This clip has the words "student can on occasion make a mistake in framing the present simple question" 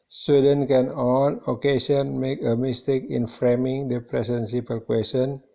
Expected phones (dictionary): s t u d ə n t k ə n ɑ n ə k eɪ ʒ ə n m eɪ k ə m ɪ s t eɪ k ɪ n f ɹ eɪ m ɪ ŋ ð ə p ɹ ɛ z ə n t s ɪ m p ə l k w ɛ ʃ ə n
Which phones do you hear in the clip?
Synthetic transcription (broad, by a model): s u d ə n k ə n ɑ n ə k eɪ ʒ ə n m eɪ k ə m ɪ s t eɪ k ɪ n f ɹ eɪ m ɪ ŋ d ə p ɹ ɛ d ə n s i p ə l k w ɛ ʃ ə n